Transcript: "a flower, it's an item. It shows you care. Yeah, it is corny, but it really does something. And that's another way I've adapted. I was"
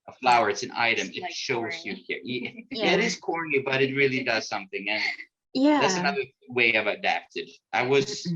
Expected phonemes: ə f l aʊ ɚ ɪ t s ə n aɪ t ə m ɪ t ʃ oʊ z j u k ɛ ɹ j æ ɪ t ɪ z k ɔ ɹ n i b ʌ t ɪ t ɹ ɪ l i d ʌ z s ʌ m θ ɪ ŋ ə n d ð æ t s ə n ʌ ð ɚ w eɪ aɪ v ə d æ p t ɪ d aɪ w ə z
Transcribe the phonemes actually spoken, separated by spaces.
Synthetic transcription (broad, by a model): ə f l aʊ ɚ ɪ t s ə n aɪ t ə m ɪ t ʃ oʊ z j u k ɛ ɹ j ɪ ɪ t ɪ z k ɔ ɹ n i b ʌ t ɪ t ɹ ɪ l i d ʌ z s ʌ m θ ɪ ŋ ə n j ð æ t s ə n ʌ ð ɚ w eɪ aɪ v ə d æ p t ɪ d aɪ w ə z